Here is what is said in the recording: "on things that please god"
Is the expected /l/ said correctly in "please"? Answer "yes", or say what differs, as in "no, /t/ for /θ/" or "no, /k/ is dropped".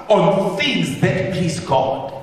no, /l/ is dropped